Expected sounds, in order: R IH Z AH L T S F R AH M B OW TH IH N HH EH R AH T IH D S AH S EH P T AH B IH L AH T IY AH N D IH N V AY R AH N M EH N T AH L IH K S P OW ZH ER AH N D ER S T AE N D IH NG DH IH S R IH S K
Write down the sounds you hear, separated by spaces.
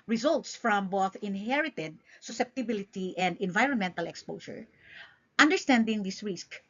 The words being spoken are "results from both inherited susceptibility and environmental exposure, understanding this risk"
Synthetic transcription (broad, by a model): R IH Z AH L T S F R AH M B OW TH IH N HH EH R AH T IH D S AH S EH P T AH B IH L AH T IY AH N D IH N V AY R AH N M EH N T AH L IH K S P OW SH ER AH N D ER S T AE N D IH NG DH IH S R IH S K